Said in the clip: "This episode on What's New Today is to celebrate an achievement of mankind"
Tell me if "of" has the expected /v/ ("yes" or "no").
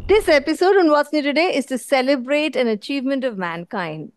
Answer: yes